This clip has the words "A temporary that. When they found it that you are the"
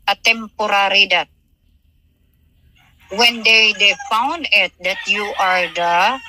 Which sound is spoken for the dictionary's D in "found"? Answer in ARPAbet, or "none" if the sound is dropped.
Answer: D